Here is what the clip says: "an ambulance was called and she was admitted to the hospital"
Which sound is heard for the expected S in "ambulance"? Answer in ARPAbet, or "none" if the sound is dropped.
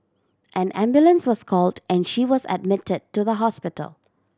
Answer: S